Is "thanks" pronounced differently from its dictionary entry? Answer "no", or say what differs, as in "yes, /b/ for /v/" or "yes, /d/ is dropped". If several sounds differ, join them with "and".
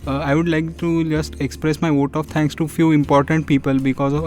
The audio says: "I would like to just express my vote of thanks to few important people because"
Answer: yes, /t/ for /θ/